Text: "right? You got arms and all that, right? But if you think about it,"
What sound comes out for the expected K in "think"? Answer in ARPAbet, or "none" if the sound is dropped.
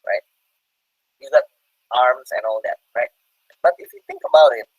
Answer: K